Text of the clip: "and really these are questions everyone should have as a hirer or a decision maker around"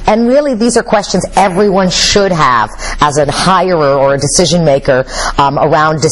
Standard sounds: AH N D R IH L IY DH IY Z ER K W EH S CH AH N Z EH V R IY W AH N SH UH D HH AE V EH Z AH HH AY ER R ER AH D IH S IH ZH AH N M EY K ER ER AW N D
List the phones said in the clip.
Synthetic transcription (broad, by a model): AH N R IH L IY DH IY Z ER K W EH S CH AH N Z EH V R IY W AH N SH UH D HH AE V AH Z AH HH AY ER R ER AH D IH S IH ZH AH N M EY K ER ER AW N D